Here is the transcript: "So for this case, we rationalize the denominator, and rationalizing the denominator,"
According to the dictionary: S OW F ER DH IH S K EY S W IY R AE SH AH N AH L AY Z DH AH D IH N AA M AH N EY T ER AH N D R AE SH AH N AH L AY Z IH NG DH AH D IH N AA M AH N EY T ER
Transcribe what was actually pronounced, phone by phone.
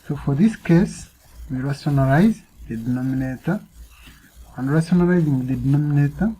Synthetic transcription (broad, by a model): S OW F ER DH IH S K EY S W IY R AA S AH N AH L AY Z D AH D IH N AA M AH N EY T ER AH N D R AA S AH N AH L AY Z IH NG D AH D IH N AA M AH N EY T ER